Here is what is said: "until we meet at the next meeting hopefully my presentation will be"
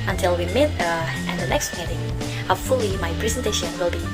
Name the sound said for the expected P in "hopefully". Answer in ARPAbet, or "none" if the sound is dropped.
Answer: none